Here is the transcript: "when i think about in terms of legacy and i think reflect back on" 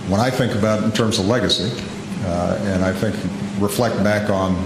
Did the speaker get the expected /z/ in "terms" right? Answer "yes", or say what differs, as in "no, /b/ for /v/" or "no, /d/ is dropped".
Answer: yes